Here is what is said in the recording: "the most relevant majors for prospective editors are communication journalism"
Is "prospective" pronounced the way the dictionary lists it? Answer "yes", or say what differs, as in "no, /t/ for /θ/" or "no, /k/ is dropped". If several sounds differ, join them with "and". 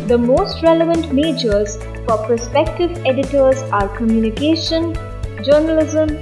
no, /ɹ/ is dropped